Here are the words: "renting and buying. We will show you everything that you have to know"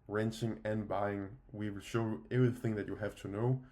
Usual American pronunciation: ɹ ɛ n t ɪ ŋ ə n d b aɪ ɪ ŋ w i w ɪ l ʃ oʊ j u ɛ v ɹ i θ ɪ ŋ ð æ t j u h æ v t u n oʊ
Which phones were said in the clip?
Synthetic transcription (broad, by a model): ɹ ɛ n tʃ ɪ ŋ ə n b aɪ ɪ ŋ w i w ɪ l ʃ oʊ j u ɛ v ɹ i θ ɪ ŋ ð æ t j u h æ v t u n oʊ